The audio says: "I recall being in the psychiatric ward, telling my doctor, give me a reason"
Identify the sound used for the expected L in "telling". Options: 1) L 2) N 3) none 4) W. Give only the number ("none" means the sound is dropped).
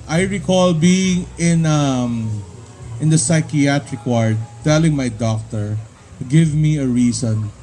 1